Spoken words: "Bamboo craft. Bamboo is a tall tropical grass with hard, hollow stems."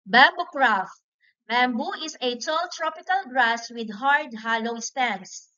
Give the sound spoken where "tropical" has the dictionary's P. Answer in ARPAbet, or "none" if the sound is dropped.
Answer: P